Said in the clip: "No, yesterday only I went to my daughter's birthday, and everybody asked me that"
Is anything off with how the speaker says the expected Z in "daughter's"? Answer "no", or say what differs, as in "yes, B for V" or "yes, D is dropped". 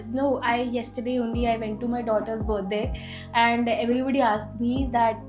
yes, S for Z